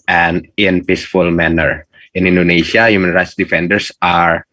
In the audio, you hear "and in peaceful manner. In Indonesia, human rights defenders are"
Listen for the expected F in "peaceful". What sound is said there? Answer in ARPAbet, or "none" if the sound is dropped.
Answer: F